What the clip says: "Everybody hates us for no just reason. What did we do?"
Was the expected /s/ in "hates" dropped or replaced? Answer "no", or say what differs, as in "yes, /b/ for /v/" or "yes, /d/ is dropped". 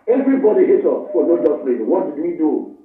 yes, /s/ is dropped